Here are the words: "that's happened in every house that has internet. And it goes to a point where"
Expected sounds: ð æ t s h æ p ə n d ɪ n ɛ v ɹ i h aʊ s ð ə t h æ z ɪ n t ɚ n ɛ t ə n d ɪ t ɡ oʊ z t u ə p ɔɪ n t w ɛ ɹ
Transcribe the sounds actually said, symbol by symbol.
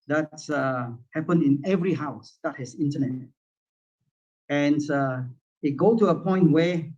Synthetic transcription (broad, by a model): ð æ t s h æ p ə n ɪ n ɛ v ɹ i h aʊ s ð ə t h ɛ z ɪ n t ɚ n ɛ t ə n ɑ ɪ t ɡ oʊ t u ə p ɔɪ n t w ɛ